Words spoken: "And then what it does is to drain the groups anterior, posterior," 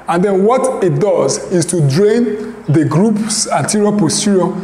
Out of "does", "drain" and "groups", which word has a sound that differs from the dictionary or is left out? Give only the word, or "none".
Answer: none